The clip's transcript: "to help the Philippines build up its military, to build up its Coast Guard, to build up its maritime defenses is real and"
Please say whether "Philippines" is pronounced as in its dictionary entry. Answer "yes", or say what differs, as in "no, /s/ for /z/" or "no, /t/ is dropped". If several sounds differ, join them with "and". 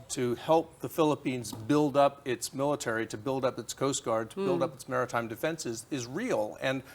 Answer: yes